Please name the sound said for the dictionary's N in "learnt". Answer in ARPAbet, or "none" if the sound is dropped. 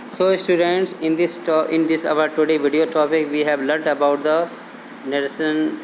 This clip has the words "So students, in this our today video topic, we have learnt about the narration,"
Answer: none